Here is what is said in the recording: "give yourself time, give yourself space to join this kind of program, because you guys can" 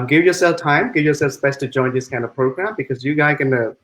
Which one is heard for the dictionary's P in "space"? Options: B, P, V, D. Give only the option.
B